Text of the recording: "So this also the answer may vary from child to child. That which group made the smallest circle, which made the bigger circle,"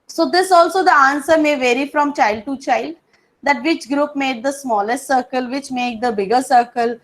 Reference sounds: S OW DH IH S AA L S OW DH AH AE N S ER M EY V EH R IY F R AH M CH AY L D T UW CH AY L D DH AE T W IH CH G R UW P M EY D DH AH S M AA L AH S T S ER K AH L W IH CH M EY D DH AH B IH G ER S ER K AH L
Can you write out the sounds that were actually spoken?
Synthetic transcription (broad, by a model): S OW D IH S AA L S OW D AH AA N S ER M EY V EH R IY F R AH M CH AY L D T UW CH AY L D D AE T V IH CH G R UW P M EY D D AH S M AA L AH S T S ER K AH L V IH CH M EY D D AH B IH G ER S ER K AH L